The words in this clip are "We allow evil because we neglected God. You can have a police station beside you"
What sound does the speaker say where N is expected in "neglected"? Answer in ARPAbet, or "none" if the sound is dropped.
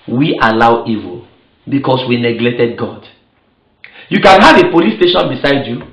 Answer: N